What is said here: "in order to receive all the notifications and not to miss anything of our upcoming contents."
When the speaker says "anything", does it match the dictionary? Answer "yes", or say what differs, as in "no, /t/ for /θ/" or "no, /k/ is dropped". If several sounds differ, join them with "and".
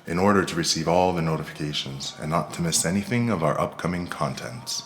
yes